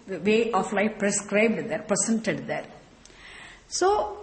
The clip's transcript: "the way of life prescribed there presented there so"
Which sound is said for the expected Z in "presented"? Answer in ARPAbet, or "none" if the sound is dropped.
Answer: S